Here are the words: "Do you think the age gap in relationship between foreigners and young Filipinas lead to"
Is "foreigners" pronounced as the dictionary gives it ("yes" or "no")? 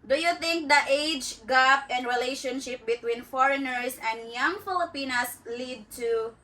no